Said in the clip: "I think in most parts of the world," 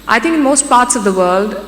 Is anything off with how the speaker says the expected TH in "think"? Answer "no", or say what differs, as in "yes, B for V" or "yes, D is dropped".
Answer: yes, T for TH